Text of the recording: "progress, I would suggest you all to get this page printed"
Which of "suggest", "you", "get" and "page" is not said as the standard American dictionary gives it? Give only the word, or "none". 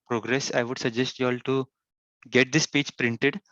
page